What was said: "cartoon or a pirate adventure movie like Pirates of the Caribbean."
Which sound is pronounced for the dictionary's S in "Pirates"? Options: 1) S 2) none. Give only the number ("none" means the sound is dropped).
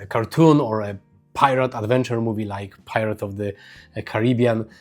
2